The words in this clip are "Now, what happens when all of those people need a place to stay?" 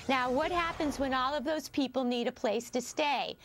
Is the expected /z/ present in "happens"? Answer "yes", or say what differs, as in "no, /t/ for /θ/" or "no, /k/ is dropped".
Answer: yes